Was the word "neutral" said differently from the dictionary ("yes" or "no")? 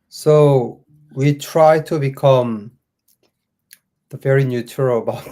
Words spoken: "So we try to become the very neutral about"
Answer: yes